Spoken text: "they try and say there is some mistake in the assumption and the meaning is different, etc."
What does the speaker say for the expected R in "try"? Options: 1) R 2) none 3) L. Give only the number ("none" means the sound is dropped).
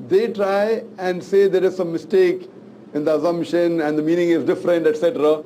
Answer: 1